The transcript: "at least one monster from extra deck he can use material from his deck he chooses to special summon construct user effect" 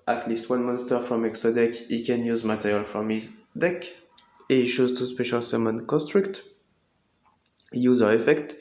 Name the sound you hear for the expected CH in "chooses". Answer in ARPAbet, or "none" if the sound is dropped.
SH